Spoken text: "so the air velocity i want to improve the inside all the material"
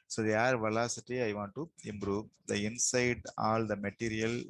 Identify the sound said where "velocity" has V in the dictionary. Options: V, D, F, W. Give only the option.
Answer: V